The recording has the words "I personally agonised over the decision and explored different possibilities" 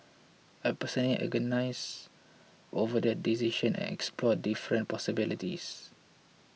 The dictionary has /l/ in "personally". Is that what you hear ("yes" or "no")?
no